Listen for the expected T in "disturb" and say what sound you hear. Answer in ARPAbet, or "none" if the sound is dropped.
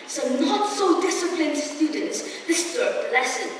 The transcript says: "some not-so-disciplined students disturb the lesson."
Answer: S